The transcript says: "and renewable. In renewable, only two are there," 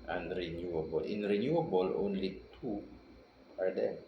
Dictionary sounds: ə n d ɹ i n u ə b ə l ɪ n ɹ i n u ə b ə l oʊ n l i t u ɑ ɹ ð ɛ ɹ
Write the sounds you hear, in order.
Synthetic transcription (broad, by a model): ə n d ɹ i n u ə b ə l ɪ n ɹ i n u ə b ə l oʊ n l i t u ɑ ɹ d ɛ